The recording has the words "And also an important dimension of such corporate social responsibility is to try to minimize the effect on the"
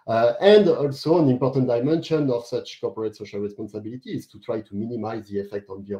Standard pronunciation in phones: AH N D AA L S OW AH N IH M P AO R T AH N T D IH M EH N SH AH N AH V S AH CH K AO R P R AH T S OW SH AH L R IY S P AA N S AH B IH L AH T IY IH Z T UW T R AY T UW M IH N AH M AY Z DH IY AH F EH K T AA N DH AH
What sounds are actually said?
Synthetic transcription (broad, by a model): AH N D AA L S OW AH N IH M P AO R T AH N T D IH M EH N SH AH N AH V S AH CH K AO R P R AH T S OW SH AH L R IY S P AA N S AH B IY L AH T IY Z T UW T R AY T UW M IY N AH M AY Z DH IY AH F EH K T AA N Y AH